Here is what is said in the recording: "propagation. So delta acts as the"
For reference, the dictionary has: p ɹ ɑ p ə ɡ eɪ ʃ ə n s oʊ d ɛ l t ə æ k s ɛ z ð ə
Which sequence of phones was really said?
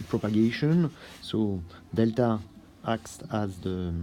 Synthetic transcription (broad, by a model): p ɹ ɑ p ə ɡ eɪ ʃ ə n s oʊ d ɛ l t ə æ k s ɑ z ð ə